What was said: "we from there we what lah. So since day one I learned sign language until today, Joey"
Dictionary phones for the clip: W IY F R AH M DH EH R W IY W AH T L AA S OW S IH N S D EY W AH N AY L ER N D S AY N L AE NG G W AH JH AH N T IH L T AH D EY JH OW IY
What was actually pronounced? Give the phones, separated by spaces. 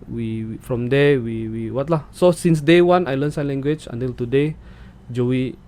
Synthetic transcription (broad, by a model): W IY F R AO M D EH W W IY W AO T L AA S OW S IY N S D EY W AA N AY L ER N S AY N L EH NG G W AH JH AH N T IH L T AH D EY JH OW IY